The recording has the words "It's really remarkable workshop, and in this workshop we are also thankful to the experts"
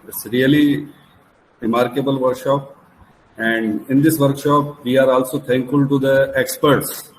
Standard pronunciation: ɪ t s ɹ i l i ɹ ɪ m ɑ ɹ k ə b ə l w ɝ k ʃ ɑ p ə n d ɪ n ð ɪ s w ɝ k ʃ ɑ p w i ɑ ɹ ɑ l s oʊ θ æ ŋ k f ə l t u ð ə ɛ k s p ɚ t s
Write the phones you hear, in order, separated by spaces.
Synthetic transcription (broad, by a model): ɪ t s ɹ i l i ɹ ɪ m ɑ ɹ k ə b ə l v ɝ k ʃ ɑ p ə n d ɪ n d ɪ s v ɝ k ʃ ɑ p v i ɑ ɹ ɑ l s oʊ t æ ŋ k f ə l t u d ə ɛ k s p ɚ t s